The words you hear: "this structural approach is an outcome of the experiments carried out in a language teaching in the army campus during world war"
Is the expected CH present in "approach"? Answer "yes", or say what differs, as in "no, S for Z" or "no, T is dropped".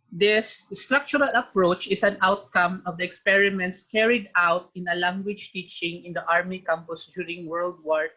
yes